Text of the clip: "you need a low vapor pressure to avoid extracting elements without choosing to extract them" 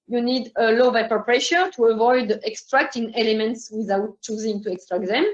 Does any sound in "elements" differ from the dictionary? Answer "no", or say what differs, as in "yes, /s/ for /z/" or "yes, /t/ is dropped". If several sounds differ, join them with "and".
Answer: no